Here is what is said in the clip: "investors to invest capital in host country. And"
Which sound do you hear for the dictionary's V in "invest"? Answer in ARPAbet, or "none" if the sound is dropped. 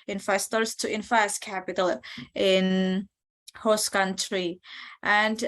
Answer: F